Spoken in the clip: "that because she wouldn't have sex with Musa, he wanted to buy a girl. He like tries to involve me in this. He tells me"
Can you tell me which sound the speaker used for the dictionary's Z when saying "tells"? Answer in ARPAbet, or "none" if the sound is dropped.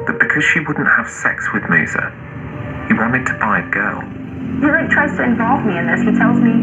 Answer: Z